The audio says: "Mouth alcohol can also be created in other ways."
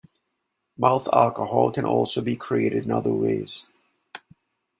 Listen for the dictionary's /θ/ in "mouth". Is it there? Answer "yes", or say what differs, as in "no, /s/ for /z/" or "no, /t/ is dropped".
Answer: yes